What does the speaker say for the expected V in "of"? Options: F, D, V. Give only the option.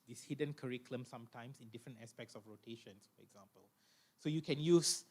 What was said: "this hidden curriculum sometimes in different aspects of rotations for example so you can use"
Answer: F